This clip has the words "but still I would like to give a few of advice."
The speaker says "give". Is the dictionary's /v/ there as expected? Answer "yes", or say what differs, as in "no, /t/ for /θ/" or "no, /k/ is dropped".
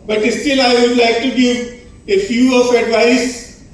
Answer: no, /v/ is dropped